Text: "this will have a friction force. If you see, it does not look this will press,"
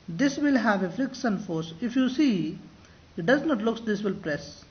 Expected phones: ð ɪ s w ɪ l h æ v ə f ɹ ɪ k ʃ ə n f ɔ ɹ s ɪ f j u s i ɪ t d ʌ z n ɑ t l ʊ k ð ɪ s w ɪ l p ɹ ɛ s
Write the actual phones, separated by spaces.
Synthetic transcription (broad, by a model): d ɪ s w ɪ l h æ v ə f l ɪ k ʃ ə n f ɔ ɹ s ɪ f j u s i ɪ t d ʌ z n ɑ t l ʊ k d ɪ s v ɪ l p ɹ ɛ s